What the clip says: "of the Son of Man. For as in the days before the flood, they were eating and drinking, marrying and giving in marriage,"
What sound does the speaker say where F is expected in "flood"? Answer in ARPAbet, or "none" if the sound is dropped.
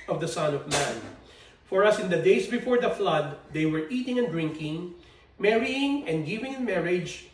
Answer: F